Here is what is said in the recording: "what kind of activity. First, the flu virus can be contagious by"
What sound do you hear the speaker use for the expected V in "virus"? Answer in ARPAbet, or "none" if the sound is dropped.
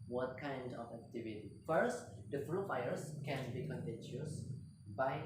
F